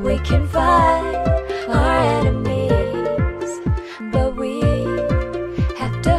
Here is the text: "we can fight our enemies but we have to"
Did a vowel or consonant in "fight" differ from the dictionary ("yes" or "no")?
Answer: yes